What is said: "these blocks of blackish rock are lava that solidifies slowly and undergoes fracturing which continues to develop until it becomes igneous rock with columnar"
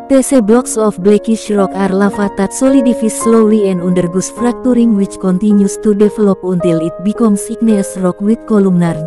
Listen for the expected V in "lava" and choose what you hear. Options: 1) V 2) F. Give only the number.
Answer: 2